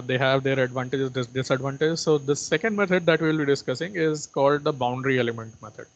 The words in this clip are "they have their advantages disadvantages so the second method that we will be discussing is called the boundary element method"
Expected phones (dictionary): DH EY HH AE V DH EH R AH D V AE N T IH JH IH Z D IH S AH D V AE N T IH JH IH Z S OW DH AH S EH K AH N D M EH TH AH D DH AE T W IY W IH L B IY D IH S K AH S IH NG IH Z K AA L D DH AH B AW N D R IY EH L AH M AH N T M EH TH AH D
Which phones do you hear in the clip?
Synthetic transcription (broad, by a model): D EY HH AE V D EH R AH D V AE N T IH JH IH S D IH S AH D V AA N T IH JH S OW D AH S EH K AH N D M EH T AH D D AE T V IY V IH L B IY D IH S K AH S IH NG IH Z K AA L D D AH B AW N D R IY EH L AH M AH N T M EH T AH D